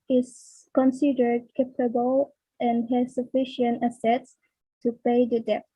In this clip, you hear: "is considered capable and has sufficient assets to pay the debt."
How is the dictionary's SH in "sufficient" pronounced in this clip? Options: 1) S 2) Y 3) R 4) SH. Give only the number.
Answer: 4